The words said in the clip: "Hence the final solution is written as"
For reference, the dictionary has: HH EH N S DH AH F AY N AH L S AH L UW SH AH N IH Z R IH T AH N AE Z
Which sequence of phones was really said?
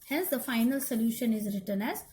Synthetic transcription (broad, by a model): HH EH N S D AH F AY N AH L S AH L UW SH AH N IH Z R IH T AH N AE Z